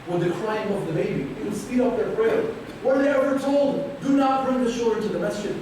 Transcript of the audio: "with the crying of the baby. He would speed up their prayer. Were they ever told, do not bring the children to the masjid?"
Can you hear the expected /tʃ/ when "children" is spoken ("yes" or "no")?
no